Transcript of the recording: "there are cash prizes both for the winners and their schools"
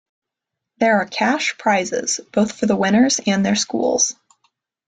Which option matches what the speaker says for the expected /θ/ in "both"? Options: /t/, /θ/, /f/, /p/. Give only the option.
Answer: /θ/